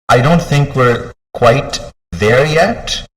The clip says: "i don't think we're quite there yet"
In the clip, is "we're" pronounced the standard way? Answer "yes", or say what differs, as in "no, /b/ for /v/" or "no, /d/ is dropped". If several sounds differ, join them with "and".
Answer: yes